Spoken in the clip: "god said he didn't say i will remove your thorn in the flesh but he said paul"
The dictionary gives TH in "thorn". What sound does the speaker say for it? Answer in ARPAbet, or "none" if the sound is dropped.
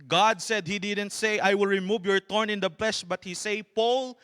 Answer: T